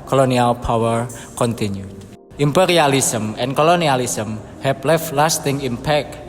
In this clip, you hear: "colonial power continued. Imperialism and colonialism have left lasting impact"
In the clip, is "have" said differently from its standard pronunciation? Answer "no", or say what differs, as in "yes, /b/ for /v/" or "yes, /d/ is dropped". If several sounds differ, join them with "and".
yes, /p/ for /v/